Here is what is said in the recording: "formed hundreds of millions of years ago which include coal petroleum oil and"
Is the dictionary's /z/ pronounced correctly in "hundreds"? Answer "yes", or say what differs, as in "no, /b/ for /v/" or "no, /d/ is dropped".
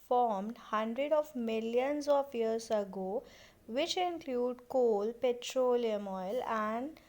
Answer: no, /z/ is dropped